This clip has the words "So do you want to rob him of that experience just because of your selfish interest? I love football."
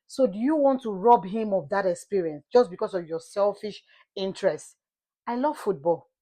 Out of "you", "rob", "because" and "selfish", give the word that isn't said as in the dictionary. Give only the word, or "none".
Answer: because